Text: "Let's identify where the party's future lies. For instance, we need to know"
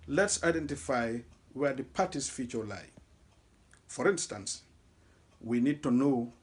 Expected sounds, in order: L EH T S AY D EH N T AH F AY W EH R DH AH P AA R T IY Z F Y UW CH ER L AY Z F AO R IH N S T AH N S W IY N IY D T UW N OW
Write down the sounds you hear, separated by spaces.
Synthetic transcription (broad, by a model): L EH T S AY D EH N T AH F AY W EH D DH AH P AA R T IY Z F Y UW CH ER L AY F AO R IH N S T AH N S W IY N IY D T UW N OW